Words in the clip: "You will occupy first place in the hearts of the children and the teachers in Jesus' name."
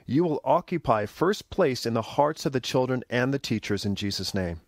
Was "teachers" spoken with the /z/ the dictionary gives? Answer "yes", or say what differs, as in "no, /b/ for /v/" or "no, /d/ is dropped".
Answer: yes